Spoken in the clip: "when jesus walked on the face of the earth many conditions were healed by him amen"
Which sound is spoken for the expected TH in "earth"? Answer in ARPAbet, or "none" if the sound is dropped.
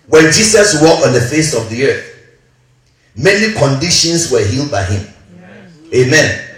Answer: TH